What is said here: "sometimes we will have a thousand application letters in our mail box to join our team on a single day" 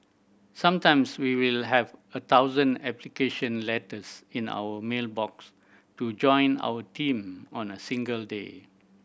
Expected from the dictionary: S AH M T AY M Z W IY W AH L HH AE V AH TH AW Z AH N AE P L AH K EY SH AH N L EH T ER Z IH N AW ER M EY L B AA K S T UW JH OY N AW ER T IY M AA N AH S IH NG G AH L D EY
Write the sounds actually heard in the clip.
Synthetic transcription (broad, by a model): S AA M T AY M S W IY W AH L HH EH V AH T AW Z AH N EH P L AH K EY SH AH N L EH T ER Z IH N AW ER M EY L B AA K S T UW JH OY N AW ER T IY M AA N AH S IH NG G AH L D EY